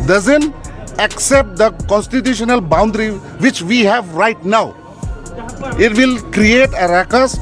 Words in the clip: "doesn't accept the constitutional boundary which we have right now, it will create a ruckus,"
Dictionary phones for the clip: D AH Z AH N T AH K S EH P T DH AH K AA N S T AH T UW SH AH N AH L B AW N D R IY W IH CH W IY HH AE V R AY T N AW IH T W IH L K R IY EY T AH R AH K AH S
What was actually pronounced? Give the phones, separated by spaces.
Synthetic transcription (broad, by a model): D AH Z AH N T AH K S EH P T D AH K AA N S T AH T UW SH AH N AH L B AW N D R IY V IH CH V IY HH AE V R AY T N AW IH T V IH L K R IY EY T AH R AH K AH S